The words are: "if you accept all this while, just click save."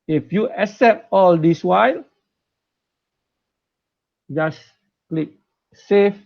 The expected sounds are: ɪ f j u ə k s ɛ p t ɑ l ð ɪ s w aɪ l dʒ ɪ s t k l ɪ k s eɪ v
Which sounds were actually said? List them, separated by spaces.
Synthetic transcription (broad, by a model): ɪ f j u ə s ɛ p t ɑ l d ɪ s w aɪ l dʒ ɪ s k l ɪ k s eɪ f